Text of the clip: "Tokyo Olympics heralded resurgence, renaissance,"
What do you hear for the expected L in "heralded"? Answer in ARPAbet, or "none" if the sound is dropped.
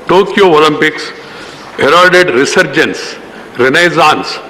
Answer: none